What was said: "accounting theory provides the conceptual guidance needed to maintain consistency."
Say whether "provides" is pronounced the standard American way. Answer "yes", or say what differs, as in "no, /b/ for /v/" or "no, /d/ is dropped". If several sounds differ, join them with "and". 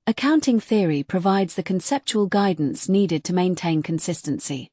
yes